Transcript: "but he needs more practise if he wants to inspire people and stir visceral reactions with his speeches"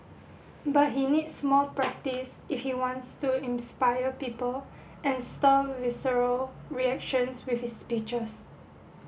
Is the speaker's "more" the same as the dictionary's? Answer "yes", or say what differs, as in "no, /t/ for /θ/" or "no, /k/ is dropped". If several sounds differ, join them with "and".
no, /l/ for /ɹ/